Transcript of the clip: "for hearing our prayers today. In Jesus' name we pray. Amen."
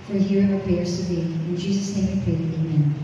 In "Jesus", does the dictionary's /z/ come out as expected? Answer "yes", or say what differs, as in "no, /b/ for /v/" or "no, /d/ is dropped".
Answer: yes